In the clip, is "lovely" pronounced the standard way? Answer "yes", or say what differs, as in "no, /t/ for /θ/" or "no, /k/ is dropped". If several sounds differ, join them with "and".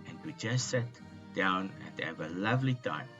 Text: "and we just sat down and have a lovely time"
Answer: yes